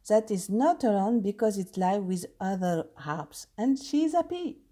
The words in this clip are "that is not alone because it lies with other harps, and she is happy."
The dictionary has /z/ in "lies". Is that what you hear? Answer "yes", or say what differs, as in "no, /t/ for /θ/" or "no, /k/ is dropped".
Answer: no, /z/ is dropped